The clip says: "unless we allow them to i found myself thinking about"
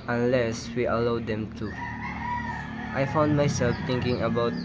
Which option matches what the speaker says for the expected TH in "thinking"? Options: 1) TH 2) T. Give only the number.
2